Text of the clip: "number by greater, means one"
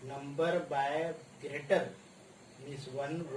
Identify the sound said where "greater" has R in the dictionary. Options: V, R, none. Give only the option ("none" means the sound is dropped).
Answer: R